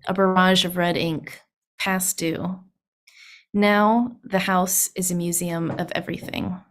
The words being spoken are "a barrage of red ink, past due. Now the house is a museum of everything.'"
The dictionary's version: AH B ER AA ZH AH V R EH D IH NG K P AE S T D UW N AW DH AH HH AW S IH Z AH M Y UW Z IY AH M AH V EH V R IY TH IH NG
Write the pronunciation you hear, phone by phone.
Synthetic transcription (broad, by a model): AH B ER AA ZH AH V R EH D IH NG K P AE S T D UW N AW DH AH HH AW S IH Z AH M Y UW Z IY AH M AH V EH V R IY TH IH NG